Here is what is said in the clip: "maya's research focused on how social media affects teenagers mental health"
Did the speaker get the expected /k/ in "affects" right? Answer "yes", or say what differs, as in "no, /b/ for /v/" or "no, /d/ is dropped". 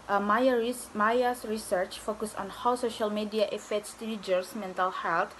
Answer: no, /k/ is dropped